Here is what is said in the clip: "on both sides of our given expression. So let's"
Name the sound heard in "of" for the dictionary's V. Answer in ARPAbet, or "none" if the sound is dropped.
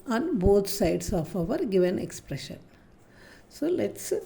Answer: V